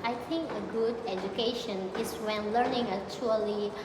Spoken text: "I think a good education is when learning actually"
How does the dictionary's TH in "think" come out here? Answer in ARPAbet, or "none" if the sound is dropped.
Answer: T